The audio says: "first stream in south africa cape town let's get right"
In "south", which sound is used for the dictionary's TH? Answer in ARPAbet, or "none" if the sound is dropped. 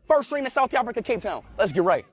TH